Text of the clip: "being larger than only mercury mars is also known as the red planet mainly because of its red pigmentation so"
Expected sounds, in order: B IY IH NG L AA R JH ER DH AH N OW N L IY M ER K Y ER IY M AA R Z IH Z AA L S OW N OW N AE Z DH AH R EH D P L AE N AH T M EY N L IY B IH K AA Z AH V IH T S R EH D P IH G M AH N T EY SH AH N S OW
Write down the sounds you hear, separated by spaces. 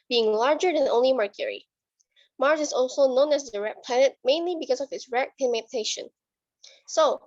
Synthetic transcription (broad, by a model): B IY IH NG L AA R JH ER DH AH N OW N L IY M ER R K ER IY M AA R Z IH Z AA L S OW N OW N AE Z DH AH R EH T P L AE N AH T M EY N L IY B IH K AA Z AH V IH T S R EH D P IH M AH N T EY SH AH N S OW